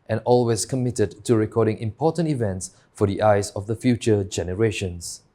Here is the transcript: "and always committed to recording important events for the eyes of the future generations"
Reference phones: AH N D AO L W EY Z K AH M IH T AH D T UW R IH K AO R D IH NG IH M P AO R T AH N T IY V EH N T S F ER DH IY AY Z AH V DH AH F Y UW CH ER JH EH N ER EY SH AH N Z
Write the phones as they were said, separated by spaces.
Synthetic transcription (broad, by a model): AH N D AO L W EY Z K AH M IH T AH D T UW R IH K AO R D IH NG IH M P AO T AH N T IY V EH N T S F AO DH IY AY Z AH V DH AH F Y UW CH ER JH EH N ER EY SH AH N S